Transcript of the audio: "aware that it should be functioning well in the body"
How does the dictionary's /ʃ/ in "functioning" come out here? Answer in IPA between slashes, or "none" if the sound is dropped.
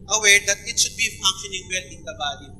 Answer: none